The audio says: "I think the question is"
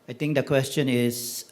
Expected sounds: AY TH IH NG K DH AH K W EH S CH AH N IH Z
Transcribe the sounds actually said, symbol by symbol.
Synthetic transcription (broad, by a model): AY T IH NG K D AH K W EH S CH AH N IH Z